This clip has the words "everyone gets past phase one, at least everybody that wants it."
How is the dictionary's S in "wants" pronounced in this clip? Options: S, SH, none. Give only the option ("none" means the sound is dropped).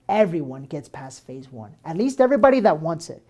S